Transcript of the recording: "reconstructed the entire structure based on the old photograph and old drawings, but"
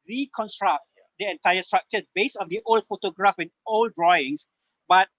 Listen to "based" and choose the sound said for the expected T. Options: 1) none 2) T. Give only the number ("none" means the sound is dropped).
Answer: 1